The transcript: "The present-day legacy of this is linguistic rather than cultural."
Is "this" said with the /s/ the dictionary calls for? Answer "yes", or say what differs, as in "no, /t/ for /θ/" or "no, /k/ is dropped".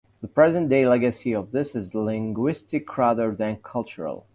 yes